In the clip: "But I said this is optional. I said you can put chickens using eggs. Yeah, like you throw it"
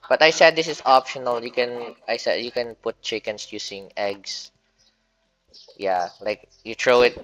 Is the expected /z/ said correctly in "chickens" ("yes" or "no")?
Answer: no